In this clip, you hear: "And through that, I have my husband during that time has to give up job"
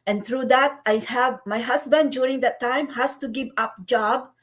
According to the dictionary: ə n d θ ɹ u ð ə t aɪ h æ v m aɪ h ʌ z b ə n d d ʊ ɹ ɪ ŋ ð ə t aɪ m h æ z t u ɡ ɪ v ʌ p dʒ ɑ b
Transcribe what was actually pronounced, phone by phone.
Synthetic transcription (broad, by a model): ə n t ɹ u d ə t aɪ h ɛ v m aɪ h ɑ s b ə n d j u ɹ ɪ ŋ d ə t aɪ m h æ s t u ɡ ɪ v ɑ p dʒ ɑ b